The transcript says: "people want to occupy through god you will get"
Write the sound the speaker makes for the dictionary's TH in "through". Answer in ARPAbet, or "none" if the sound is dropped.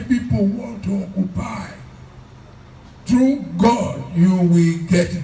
T